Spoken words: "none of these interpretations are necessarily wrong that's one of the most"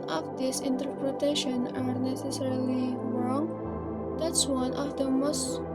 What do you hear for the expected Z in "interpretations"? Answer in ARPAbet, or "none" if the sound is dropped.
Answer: none